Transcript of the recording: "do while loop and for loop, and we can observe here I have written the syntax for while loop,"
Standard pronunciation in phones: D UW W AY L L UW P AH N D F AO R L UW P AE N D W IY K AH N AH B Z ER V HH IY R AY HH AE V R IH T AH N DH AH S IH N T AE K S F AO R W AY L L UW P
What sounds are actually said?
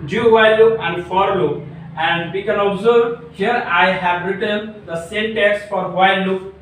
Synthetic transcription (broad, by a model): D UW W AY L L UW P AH N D F AO R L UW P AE N D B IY K AH N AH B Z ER B HH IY R AY HH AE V R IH T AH N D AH S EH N T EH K S F AO R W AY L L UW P